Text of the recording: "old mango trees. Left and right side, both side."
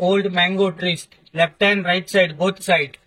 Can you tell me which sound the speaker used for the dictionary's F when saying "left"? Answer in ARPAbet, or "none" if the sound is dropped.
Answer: P